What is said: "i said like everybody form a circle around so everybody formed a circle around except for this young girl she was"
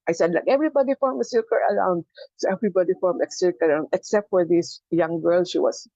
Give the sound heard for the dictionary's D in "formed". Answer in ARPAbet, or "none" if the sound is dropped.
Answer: none